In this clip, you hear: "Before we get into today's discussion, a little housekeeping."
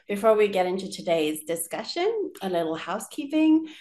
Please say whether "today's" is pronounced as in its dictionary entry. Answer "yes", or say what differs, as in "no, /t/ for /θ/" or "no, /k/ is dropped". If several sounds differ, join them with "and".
yes